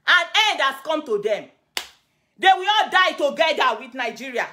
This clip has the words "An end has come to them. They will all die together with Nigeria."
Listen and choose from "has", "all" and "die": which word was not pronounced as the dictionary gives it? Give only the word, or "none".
has